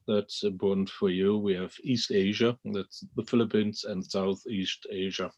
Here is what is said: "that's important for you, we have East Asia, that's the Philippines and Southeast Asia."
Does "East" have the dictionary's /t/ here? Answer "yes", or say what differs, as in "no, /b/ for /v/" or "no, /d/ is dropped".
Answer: yes